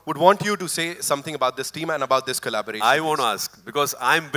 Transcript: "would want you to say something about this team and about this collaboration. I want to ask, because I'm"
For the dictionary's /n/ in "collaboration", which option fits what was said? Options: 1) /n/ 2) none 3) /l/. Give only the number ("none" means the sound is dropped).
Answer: 2